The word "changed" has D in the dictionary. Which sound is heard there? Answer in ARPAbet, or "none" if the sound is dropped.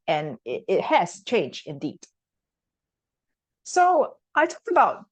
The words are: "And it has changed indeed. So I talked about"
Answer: none